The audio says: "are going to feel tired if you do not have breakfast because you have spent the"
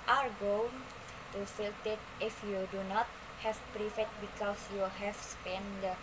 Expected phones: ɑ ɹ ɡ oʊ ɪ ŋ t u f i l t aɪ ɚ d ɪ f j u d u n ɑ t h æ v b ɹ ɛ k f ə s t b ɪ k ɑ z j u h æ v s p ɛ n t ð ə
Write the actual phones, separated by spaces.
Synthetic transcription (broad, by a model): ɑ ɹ ɡ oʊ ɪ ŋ t u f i l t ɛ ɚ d ɪ f j u d u n ɑ t h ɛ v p ɹ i f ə t b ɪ k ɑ s j u h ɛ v s p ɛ n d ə